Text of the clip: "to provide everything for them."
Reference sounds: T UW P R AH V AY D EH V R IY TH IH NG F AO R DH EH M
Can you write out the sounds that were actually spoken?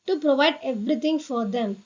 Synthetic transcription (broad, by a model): T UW P R AH V AY D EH V R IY T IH NG F AO R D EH M